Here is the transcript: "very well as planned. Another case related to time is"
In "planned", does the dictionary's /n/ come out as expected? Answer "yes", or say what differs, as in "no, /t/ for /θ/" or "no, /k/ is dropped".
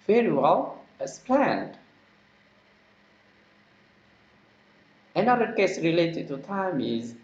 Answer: yes